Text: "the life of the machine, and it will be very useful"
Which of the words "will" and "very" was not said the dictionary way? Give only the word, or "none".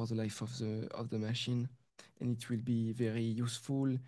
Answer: none